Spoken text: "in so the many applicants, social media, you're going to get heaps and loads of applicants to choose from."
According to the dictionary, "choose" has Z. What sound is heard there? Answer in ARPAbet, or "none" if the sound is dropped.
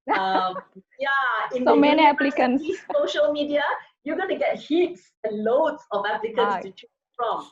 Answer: none